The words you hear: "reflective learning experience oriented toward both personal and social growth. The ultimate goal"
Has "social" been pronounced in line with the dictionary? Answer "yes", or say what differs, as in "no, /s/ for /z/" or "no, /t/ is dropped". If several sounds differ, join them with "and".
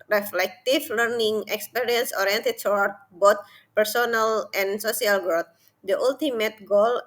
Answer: no, /s/ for /ʃ/